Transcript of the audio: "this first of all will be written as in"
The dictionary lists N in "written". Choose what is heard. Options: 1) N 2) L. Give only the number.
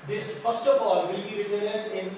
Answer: 2